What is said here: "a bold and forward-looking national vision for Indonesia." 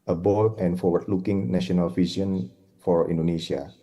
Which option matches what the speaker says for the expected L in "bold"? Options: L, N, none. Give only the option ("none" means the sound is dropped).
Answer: none